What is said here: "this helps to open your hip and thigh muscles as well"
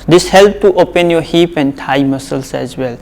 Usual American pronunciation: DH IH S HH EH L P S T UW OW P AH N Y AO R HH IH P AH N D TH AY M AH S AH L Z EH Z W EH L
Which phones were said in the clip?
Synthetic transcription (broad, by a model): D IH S HH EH L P T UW OW P AH N Y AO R HH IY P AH N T AY M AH S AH L S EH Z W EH L